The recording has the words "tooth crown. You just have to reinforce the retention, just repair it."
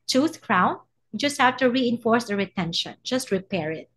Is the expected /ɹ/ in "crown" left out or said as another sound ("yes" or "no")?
no